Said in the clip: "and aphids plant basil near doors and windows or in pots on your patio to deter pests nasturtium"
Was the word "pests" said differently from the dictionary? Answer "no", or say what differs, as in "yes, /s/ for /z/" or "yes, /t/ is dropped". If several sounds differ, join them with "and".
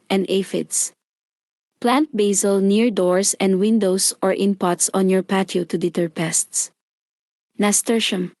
no